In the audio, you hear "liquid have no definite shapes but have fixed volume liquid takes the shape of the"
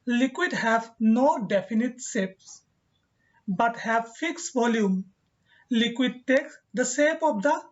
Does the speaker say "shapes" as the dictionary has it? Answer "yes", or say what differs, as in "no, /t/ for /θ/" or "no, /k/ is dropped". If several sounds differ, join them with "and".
no, /s/ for /ʃ/